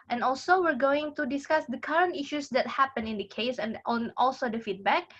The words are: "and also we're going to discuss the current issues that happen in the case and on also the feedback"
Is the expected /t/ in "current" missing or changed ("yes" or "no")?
no